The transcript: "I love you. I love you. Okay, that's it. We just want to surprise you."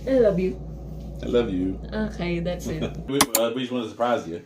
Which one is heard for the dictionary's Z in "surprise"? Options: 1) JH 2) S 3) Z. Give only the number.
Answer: 3